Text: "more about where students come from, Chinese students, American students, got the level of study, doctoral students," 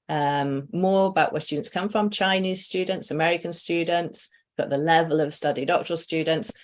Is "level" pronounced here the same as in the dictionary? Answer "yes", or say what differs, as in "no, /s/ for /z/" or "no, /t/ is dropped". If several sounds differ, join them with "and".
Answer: yes